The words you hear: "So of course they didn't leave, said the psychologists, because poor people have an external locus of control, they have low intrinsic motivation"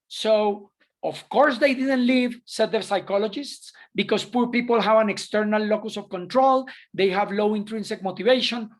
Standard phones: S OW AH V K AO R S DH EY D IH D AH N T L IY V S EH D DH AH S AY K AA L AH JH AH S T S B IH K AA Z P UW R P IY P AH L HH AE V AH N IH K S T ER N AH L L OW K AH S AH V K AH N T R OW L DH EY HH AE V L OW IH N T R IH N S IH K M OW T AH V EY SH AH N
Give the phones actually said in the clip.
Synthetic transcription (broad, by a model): S OW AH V K AO R S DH EY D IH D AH N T L IY V S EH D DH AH S AY K AA L AH JH AH S T S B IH K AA S P UW R P IY P AH L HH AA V AH N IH K S T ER N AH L L OW K AH S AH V K AH N T R OW L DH EY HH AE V L OW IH N T R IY N S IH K M OW T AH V EY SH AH N